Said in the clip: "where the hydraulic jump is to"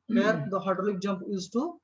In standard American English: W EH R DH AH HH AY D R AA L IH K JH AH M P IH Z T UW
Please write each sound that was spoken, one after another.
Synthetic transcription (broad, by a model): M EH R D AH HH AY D AH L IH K JH AH M P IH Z T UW